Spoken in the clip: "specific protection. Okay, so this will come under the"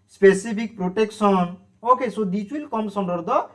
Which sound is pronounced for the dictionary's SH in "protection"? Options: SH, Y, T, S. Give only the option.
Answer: S